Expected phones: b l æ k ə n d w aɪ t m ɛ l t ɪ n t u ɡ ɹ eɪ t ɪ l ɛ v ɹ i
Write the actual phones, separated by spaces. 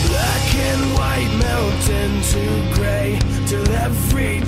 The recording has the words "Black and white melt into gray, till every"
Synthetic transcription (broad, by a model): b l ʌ k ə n w aɪ t m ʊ n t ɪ n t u ɡ ɹ eɪ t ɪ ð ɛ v ɹ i